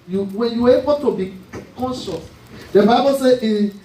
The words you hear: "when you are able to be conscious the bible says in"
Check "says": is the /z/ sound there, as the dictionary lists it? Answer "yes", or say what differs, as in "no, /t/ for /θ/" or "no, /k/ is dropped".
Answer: no, /z/ is dropped